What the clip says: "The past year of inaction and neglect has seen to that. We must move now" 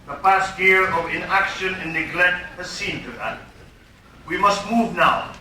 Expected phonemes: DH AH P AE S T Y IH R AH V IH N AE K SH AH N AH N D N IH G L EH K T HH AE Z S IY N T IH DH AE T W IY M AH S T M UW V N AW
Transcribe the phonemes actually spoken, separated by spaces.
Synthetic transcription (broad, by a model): DH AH P AE S T Y IH R AH V IH N AE K SH AH N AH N N IH G L EH K T HH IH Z S IY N T IH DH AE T W IY M AH S T M UW V N AW